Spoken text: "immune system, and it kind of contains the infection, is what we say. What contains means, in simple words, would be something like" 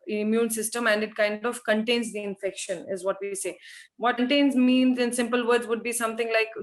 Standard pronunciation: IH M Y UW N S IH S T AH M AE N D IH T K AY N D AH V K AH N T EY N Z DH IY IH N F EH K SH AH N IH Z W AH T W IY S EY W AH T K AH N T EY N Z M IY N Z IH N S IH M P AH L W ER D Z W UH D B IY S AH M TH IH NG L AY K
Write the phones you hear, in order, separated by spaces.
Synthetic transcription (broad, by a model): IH M Y UW N S IH S T AH M AE N D IH T K AY N D AH V K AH N T EY N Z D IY IH N F EH K SH AH N IH Z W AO T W IY S EY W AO T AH N T EY N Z M IY N Z IH N S IH M P AH L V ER D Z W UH D B IY S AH M T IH NG L AY K